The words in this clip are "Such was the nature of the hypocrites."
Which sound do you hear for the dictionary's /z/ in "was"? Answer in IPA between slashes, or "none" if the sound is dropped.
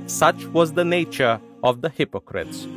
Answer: /z/